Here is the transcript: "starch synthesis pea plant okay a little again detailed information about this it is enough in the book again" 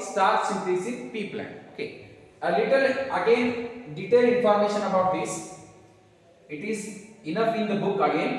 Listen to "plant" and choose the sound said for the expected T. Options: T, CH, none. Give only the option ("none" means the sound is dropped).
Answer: none